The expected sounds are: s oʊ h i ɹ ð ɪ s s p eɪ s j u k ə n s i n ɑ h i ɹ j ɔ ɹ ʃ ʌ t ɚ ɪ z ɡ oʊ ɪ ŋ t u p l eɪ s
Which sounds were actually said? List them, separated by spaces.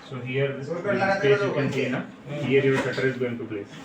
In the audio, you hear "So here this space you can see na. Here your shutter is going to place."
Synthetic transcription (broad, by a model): s oʊ h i ɹ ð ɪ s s eɪ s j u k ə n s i n ɑ h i ɹ j ɔ ɹ s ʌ t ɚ ɪ z ɡ oʊ ɪ ŋ t u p l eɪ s